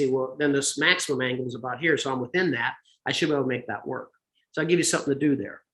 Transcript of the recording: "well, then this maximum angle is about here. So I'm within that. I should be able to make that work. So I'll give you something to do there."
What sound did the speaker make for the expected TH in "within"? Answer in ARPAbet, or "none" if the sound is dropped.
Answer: TH